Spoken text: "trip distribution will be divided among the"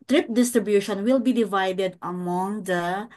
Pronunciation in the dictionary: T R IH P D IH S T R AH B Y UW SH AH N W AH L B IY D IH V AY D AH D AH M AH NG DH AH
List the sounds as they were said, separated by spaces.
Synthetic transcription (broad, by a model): T R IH P D IH S T R AH B Y UW SH AH N W AH L B IY D IH V AY D AH D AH M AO NG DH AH